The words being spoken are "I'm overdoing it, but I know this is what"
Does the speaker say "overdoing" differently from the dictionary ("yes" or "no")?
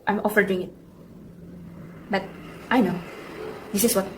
yes